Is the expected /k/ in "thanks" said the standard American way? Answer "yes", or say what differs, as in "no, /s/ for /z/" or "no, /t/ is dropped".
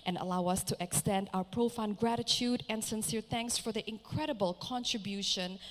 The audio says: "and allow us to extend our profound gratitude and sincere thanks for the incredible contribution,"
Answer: yes